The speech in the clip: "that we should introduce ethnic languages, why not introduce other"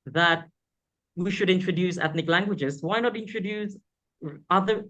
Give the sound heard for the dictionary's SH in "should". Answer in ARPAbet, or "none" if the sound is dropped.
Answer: SH